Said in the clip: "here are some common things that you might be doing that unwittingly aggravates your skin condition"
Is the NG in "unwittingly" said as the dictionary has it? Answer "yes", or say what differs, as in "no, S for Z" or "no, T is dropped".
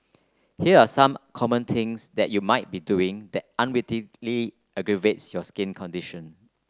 no, NG is dropped